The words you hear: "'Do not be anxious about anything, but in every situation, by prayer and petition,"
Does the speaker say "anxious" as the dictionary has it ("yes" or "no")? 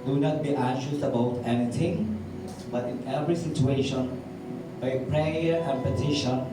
no